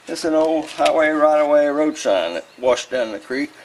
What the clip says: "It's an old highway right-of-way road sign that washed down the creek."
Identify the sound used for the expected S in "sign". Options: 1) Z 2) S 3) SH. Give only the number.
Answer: 3